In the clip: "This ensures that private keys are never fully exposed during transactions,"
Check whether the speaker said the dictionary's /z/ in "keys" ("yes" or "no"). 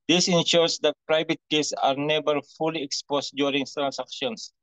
no